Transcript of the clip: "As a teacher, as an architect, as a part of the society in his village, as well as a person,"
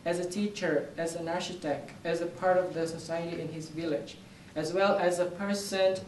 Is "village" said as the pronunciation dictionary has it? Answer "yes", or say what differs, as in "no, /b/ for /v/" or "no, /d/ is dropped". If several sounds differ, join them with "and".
yes